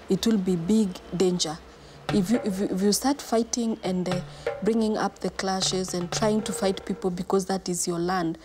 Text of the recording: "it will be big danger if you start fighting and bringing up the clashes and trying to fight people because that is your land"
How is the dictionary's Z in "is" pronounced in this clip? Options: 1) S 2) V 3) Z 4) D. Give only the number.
3